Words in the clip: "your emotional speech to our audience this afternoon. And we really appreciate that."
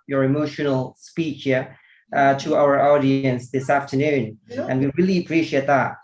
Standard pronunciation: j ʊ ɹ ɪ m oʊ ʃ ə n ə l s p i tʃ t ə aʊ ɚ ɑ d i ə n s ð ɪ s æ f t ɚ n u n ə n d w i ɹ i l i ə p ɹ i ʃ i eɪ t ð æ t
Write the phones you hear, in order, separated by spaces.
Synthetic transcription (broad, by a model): j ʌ ɹ ɪ m oʊ ʃ ə n ə l s p i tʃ t ə aʊ ɚ ɑ d i ə n s ð ɪ s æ f t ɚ n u n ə n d w i ɹ i l i ə p ɹ i ʃ i eɪ t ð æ t